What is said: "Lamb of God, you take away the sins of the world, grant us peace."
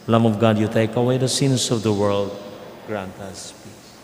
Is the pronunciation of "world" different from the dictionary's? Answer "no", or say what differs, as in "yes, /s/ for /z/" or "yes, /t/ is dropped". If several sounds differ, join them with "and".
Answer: no